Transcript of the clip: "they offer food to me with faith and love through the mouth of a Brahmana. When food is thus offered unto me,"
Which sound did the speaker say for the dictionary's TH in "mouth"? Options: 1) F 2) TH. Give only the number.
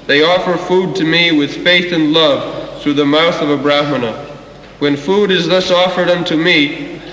2